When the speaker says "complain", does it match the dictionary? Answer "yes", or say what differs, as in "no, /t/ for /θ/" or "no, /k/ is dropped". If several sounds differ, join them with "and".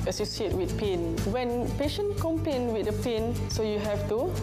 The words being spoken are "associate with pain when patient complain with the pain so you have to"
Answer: no, /l/ is dropped